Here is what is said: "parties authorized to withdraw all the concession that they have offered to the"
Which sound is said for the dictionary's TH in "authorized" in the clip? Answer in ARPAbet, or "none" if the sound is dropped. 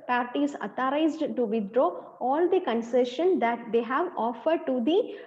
T